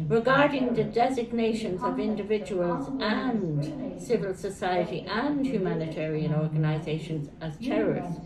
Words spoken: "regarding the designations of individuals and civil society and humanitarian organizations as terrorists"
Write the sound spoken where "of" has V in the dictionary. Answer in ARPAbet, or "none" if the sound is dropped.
V